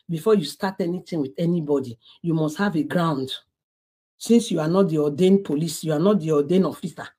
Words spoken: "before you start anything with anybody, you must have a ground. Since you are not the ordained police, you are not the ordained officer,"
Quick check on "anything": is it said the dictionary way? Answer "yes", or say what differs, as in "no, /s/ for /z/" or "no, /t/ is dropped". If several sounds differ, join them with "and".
no, /t/ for /θ/